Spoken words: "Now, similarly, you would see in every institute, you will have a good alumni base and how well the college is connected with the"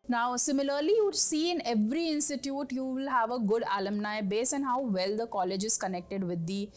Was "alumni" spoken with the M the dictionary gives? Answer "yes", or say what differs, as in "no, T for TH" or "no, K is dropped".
yes